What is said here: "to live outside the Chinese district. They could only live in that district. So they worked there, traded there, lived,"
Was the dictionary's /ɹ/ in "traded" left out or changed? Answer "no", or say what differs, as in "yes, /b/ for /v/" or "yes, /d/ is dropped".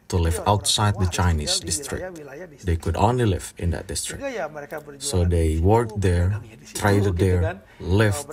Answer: no